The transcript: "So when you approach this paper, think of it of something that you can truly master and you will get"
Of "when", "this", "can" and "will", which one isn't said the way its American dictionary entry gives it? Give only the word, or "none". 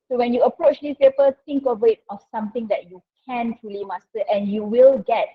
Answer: this